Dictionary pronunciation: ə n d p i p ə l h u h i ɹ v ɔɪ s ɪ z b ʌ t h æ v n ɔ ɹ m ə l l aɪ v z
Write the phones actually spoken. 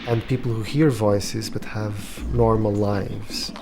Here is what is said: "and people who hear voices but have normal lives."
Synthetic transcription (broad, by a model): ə n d p i p l h u h i ɹ v ɔɪ s ɪ z b ʌ t h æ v n ɔ ɹ m ə l l aɪ v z